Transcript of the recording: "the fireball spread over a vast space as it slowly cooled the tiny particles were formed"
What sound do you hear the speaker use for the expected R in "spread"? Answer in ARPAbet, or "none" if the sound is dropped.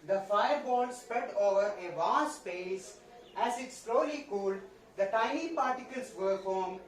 R